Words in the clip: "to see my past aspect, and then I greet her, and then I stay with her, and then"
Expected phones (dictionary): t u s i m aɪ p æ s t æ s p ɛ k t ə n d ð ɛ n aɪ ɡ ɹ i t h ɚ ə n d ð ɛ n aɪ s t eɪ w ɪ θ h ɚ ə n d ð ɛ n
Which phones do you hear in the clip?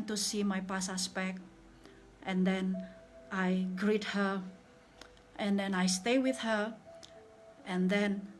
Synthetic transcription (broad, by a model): t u s i m aɪ p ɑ s æ s p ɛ k t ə n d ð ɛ n aɪ ɡ ɹ i t h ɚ ə n d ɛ n aɪ s t eɪ w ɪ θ h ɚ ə n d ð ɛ n